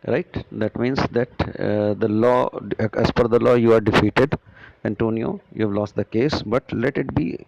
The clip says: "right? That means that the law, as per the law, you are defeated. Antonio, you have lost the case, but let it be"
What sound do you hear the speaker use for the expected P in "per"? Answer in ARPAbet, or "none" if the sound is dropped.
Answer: F